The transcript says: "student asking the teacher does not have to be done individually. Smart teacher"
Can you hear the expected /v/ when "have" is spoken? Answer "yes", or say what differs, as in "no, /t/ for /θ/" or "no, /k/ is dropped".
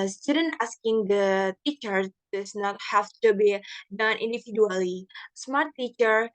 no, /f/ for /v/